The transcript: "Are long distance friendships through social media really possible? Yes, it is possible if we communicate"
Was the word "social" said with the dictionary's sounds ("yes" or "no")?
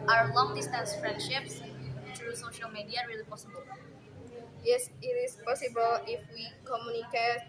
yes